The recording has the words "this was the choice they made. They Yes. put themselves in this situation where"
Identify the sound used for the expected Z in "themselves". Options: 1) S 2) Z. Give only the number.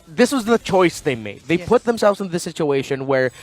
2